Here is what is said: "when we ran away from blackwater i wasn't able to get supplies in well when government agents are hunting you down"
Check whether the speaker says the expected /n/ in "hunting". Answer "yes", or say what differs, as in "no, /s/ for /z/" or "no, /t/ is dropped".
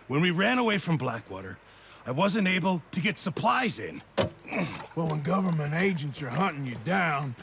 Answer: no, /n/ is dropped